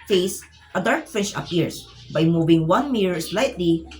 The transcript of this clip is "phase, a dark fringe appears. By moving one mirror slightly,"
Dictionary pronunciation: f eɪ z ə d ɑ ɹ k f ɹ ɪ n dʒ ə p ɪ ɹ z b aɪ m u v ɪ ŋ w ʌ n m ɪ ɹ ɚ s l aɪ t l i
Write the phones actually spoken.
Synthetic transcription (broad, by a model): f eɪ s ə d ɑ ɹ k f ɪ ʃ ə p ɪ ɹ s b aɪ m u v ɪ ŋ w ʌ n m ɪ ɹ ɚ s l aɪ t l i